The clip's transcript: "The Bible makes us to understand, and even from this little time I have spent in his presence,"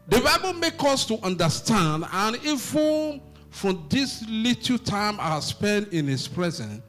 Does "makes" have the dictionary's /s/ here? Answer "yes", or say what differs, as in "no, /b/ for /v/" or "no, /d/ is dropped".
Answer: no, /s/ is dropped